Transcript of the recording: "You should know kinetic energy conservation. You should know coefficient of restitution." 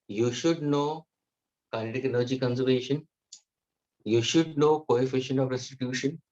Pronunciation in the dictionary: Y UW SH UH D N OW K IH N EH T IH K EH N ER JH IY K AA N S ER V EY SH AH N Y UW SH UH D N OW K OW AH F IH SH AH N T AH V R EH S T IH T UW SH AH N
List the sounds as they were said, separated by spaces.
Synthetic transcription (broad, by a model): Y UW SH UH D N OW K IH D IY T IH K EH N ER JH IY K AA N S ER V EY SH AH N Y UW SH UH D N OW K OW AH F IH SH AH N AH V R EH S T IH T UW SH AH N